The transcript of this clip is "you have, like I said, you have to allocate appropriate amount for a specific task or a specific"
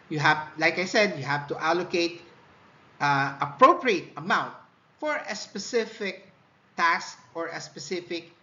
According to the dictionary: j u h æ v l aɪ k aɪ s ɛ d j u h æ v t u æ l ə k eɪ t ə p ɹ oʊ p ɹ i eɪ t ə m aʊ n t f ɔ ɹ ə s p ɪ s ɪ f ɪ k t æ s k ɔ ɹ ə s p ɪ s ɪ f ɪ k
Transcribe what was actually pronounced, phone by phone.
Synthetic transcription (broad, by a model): j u h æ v l aɪ k aɪ s ɛ d j u h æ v t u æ l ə k eɪ t ə p ɹ oʊ p ɹ i eɪ t ə m aʊ n t f ɔ ɹ ə s p ɪ s ɪ f ɪ k t æ s k ɔ ɹ ə s p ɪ s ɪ f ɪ k